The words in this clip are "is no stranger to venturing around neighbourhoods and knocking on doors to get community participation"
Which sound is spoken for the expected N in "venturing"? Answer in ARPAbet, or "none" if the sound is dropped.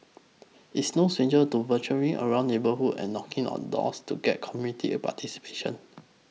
none